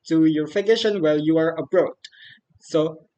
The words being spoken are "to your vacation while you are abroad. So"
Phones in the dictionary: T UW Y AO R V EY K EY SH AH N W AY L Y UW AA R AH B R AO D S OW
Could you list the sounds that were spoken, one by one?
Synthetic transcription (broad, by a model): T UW Y AO R F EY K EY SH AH N W AY L Y UW AA R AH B R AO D S OW